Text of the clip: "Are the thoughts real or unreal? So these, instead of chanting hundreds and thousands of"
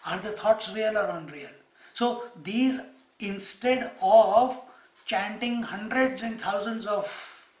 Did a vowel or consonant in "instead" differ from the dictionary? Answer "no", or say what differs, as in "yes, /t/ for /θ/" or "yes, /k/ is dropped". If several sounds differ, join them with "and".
no